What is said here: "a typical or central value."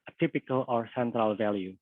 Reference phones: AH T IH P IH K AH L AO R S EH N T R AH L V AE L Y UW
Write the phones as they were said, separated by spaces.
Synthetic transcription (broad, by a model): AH T IH P IH K AH L AO R S EH N T R AH L V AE L Y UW